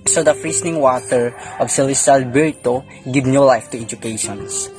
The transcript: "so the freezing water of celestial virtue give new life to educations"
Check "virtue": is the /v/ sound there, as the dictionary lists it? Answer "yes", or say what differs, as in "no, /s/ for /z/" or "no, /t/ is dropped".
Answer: no, /b/ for /v/